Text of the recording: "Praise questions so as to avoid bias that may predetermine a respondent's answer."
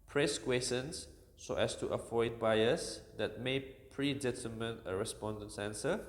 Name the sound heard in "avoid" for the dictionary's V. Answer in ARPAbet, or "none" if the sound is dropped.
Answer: F